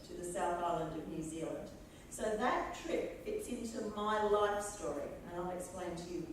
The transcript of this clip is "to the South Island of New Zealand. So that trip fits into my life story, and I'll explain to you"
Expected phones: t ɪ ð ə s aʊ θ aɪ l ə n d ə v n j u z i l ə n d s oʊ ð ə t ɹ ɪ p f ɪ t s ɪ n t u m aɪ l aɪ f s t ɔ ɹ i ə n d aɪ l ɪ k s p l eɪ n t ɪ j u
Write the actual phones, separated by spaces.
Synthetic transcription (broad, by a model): t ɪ ð ə s aʊ θ aɪ l ə n d ə v n j u z i l ə n d s oʊ ð ə t ɹ ɪ p f ɪ t s ɪ n t u m aɪ l aɪ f s t ɔ ɹ i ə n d aɪ l ɪ k s p l eɪ n t ɪ j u